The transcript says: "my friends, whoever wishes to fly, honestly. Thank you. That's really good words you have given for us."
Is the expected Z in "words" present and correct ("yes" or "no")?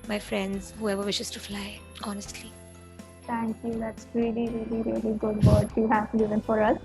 no